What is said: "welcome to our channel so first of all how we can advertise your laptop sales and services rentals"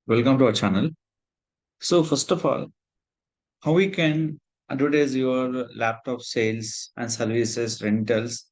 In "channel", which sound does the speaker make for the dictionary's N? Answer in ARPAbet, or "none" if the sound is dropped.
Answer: N